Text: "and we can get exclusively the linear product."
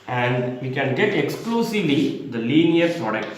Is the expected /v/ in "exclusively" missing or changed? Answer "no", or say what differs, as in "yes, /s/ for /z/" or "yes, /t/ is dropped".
no